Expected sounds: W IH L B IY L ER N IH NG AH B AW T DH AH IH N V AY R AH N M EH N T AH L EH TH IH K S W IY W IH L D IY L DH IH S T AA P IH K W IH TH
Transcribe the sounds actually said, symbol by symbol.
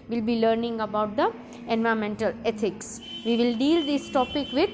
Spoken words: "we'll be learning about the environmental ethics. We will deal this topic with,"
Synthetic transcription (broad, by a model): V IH L B IY L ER N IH NG AH B AW T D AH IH N V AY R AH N M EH N T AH L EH T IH K S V IY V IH L D IY L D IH S T AA P IH K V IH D